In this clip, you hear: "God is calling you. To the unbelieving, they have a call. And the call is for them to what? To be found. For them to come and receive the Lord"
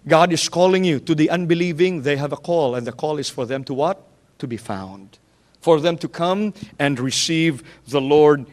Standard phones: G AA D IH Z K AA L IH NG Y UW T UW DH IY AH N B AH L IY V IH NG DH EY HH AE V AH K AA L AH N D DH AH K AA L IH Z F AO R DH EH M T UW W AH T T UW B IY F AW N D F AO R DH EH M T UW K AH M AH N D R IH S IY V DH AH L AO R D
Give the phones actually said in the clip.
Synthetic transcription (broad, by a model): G AA D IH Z K AA L IH NG Y UW T UW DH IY AH N B AH L IY V IH NG DH EY HH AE V AH K AA L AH N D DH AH K AA L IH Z F AO R DH EH M T UW W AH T T UW B IY F AW N D F AO R DH EH M T UW K AH M AH N D R IH S IY V DH AH L AO R D